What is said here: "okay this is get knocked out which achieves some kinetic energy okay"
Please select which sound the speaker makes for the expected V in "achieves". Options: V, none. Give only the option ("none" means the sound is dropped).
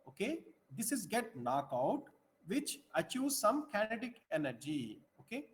none